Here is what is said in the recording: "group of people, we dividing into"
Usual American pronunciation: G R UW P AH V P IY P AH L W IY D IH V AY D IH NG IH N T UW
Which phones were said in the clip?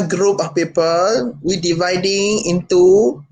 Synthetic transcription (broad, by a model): G R UW P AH F P IY P AH L W IY D IH V AY D IH NG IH N T UW